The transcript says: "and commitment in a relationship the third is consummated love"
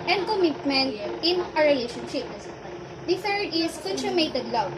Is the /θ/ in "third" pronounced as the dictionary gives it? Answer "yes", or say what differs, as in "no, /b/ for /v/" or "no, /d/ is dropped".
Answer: no, /f/ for /θ/